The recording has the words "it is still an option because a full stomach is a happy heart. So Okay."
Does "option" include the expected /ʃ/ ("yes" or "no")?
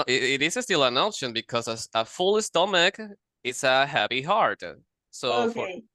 yes